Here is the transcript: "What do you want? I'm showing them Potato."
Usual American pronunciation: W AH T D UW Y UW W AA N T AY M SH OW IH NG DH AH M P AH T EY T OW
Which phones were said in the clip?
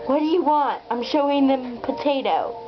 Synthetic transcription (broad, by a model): W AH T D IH Y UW W AA N T AY M SH OW IH NG DH AH M P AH T EY T OW